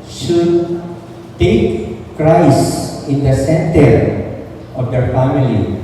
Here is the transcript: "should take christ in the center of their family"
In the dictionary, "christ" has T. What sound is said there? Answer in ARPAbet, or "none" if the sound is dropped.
none